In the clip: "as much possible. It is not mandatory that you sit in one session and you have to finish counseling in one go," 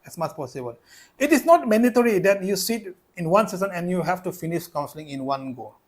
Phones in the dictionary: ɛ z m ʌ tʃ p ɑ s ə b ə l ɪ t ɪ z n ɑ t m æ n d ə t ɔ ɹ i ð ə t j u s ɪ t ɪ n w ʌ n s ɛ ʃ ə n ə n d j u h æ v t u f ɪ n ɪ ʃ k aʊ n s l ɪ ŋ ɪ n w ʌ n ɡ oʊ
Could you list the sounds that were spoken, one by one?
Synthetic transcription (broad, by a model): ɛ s m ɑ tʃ p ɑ s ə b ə l ɪ t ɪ s n ɑ t m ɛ n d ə t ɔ ɹ i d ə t j u s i t ɪ n w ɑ n s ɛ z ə n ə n j u h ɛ f t u f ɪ n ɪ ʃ k aʊ n s l ɪ ŋ ɪ n w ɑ n ɡ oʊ